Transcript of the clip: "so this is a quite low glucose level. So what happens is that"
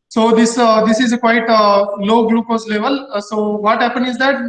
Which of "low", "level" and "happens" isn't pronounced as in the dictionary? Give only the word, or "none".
happens